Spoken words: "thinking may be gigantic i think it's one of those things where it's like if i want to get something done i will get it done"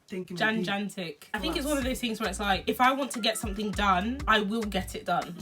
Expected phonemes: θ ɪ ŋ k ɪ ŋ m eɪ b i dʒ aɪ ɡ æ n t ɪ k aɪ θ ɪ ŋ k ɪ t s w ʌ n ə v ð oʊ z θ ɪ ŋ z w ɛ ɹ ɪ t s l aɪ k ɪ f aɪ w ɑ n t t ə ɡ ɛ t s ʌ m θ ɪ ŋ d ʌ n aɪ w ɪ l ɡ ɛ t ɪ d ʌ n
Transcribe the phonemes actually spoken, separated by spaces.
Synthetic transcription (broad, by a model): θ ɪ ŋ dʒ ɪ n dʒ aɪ n t ɪ k aɪ θ ɪ ŋ k ɪ t s w ʌ n ə v ð oʊ z θ ɪ ŋ z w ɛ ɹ ɪ t s l aɪ k ɪ f aɪ w ɑ n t t ə ɡ ɛ t s ʌ m θ ɪ ŋ d ʌ n aɪ w ɪ l ɡ ɛ t ɪ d ʌ n